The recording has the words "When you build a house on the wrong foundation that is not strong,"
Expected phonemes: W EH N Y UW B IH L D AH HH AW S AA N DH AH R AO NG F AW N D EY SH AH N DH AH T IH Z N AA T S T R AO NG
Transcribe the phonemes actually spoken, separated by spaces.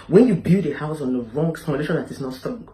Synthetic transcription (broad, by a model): W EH N Y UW B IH D AH HH AW S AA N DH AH R AO NG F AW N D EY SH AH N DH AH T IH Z N AA T S T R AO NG